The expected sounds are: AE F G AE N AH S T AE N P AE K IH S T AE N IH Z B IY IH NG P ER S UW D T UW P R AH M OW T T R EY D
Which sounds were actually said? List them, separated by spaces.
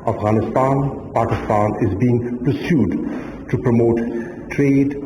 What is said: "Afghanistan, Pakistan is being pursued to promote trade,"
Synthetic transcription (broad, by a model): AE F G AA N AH S T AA N P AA K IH S T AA N IH Z B IY IH NG P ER S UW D T UW P R AH M OW T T R EY D